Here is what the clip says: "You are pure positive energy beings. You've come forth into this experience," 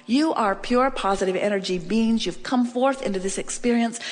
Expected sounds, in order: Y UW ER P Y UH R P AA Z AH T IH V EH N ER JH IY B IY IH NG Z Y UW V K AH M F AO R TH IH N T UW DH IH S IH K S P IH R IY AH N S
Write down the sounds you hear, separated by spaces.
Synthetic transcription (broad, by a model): Y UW ER P Y UH R P AA Z AH T IH V EH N ER JH IY B IY IH NG Z Y UW V K AH M F AO R TH IH N T UW DH IH S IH K S P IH R IY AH N S